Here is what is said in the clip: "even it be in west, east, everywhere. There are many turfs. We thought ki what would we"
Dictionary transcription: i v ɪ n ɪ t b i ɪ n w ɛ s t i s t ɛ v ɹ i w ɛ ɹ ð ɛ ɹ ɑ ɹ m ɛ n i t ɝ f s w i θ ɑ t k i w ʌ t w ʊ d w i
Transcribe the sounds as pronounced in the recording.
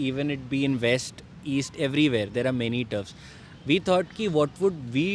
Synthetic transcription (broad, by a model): i v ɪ n ɪ t b i ɪ n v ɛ s t i s t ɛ v ɹ i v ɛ ɹ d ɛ ɹ ɑ ɹ m ɛ n i t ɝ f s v i t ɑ t k i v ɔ t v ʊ d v i